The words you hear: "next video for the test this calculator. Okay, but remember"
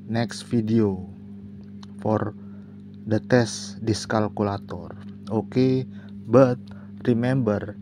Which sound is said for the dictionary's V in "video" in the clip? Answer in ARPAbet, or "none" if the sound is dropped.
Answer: F